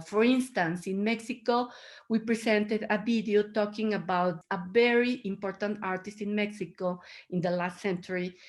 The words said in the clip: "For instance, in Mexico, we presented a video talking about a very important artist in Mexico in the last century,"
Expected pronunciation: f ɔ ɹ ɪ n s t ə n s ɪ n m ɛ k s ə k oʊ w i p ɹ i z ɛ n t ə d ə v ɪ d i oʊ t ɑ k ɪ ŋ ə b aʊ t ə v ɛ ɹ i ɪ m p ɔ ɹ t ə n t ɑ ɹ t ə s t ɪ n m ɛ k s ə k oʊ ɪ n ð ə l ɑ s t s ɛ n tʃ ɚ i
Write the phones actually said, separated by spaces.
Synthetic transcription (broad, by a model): f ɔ ɹ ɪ n s t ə n s ɪ n m ɛ k s ə k oʊ w i p ɹ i s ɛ n t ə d ə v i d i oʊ t ɑ k ɪ ŋ ə b aʊ t ə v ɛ ɹ i ɪ m p ɔ ɹ t ə n t ɑ ɹ t ə s t ɪ n m ɛ k s ə k oʊ ɪ n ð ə l ɑ s t s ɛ n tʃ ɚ i